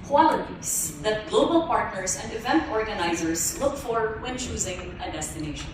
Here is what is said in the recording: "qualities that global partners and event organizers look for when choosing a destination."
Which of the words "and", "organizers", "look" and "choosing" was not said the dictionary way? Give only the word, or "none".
none